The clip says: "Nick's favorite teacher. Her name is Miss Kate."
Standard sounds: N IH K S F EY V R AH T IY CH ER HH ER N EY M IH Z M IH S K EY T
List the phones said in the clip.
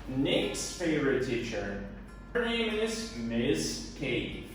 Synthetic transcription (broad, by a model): N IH K S F EY V R AH T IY CH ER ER N EY M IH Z M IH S K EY